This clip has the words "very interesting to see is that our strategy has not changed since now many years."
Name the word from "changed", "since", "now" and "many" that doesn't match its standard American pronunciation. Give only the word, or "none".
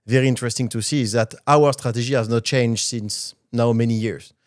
none